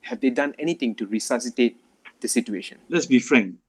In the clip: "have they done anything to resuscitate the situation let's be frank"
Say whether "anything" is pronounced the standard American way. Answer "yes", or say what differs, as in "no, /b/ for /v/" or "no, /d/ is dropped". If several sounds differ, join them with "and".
no, /t/ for /θ/